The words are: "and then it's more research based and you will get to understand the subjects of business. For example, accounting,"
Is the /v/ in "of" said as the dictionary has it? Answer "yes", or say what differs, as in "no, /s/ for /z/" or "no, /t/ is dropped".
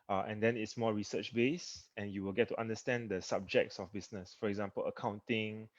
no, /f/ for /v/